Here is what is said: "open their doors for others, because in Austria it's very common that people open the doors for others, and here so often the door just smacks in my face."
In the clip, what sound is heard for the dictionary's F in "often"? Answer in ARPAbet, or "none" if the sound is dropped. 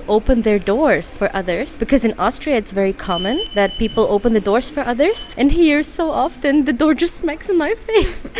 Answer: F